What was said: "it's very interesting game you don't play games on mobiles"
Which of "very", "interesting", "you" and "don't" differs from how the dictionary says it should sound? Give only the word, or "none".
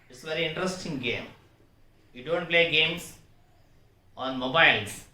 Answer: none